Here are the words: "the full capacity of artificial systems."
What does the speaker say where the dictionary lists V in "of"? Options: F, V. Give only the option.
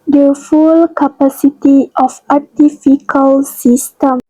F